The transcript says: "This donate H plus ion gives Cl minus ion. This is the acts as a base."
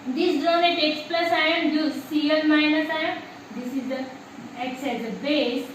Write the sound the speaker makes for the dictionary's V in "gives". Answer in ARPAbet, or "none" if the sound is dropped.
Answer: none